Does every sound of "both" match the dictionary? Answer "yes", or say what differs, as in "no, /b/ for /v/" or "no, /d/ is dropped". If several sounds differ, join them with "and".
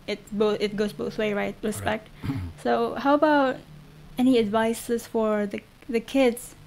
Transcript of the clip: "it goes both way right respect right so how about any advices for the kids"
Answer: yes